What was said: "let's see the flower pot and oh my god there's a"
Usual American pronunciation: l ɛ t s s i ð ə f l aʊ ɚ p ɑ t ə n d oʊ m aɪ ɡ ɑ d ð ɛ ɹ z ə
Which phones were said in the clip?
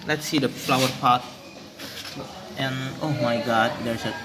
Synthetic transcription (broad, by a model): l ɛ t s s i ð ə f l aʊ ɚ p ɑ t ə n oʊ m aɪ ɡ ɑ d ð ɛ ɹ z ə